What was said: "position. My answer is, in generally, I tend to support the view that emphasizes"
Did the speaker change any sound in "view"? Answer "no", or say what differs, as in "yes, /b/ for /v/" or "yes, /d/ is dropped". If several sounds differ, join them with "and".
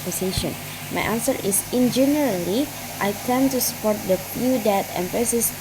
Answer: yes, /f/ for /v/